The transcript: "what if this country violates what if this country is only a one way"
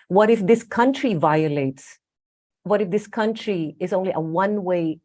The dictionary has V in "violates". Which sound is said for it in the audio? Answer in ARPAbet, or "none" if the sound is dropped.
V